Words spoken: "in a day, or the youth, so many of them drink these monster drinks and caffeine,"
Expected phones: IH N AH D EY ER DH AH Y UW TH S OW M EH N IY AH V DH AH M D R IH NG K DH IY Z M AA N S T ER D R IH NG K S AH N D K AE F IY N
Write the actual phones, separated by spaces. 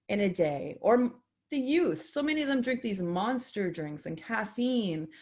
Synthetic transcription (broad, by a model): IH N AH D EY ER DH AH Y UW TH S OW M EH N IY AH V DH AH M D R IH NG K DH IY Z M AA N S T ER D R IH NG K S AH N K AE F IY N